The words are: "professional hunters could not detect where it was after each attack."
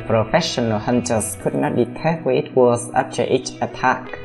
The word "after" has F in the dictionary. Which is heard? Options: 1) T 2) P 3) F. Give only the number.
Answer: 2